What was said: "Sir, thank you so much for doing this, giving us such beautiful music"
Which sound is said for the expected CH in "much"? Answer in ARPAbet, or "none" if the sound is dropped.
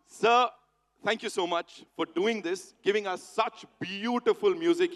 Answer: CH